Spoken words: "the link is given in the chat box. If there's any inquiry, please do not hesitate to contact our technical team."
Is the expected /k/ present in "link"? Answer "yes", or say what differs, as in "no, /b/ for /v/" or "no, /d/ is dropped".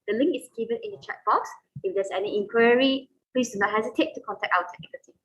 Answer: yes